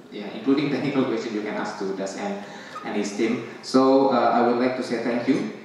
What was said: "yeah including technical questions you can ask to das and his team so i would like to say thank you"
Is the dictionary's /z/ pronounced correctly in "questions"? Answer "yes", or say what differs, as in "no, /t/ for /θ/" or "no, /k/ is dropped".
no, /z/ is dropped